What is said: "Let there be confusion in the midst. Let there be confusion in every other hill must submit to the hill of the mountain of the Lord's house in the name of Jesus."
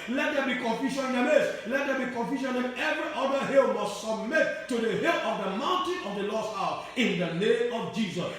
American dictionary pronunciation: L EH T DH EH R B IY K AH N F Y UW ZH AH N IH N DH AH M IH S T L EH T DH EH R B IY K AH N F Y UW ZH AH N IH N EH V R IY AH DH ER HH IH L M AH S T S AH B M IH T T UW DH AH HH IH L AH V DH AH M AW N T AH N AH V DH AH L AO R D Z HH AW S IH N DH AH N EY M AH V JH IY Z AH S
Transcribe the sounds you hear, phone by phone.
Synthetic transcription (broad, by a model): L EH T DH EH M B IY K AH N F Y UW SH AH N IH N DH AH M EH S L EH T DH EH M B IY K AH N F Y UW SH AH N IH N EH V R IY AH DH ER HH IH L M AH S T S AH B M IH T T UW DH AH HH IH L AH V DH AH M AW N T AH N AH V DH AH L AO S HH AW S IH N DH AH N EY M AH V JH IY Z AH S